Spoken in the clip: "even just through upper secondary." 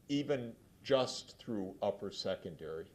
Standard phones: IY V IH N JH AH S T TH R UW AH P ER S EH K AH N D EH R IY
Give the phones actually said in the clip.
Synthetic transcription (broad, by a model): IY V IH N JH AH S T TH R UW AH P ER S EH K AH N D EH R IY